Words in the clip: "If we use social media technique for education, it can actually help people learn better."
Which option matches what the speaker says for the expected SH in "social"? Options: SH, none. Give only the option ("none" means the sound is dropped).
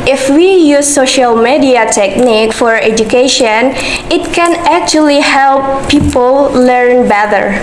SH